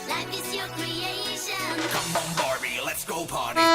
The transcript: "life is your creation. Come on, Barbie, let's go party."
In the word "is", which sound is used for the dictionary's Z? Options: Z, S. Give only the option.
S